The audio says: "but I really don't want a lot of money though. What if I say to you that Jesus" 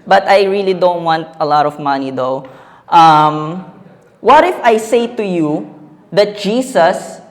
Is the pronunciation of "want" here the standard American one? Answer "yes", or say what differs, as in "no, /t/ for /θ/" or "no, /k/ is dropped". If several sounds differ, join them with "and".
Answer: yes